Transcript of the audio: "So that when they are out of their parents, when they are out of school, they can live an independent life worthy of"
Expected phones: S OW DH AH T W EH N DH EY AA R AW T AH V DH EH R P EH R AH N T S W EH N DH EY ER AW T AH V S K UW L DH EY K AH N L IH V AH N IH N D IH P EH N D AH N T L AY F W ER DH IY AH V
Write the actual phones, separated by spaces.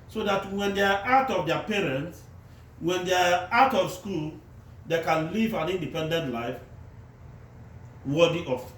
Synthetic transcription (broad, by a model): S OW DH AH T W EH N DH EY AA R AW T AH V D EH P EH R AH N T S W EH N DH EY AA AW T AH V S K UW L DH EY K AH N L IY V AH N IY N D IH P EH N D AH N T L AY F W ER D IY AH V